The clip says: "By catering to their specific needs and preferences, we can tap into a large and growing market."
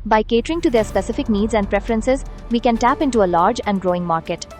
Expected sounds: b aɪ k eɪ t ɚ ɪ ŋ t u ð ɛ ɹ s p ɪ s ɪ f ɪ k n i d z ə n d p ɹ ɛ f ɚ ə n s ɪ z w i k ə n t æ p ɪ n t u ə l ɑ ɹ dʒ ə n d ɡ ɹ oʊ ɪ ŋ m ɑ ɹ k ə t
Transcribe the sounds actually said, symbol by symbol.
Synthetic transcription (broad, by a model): b aɪ k eɪ t ɚ ɪ ŋ t u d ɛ ɹ s p ɪ s ɪ f ɪ k n i d z ə n d p ɹ ɛ f ɚ ə n s ɪ z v i k ə n t æ p ɪ n t u ə l ɑ ɹ dʒ ə n d ɡ ɹ oʊ ɪ ŋ m ɑ ɹ k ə t